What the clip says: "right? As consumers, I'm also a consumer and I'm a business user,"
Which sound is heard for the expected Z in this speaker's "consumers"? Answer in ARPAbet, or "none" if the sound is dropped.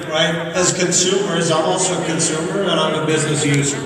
Z